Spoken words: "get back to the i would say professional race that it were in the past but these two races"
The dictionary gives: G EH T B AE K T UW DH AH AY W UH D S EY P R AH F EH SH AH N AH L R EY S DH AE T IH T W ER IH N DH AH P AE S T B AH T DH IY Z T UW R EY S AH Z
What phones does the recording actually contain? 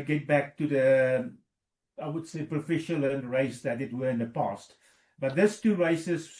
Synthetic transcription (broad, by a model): G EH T B AE K T UW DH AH AY W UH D S EY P R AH F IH SH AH L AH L R EY S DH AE T IH T W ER IH N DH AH P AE S T B AH T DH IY S T UW R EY S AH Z